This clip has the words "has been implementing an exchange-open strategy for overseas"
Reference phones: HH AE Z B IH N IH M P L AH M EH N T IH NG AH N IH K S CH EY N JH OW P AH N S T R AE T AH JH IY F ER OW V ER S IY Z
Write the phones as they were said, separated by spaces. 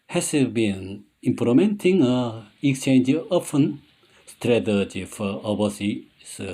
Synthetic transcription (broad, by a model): HH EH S B IH N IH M P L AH M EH N T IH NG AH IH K S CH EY N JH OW F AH N S T R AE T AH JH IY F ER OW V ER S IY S